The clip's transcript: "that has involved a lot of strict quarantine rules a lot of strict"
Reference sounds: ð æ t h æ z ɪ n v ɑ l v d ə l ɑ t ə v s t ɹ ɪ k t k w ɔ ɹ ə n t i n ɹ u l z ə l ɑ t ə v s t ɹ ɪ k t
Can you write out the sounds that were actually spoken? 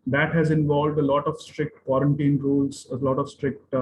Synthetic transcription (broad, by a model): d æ t h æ z ɪ n v ɑ l v d ə l ɑ t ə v s t ɹ ɪ k t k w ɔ ɹ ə n t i n ɹ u l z ə l ɑ t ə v s t ɹ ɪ k t